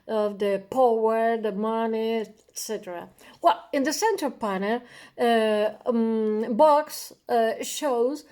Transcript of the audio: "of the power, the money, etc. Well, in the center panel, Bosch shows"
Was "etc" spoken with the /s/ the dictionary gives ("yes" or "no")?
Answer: yes